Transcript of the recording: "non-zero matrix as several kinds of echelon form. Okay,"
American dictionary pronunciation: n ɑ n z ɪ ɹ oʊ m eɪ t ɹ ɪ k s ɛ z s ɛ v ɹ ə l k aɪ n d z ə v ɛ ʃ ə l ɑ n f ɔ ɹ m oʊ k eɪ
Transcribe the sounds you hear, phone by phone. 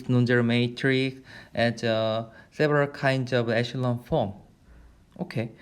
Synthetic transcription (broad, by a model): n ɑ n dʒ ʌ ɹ m eɪ t ɹ ɪ k s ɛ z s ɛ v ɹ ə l k aɪ n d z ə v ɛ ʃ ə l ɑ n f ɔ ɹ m oʊ k eɪ